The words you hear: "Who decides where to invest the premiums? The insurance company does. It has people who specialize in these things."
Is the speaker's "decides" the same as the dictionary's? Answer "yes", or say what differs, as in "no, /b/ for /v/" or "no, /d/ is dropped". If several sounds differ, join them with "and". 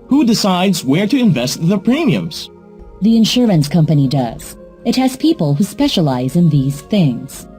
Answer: yes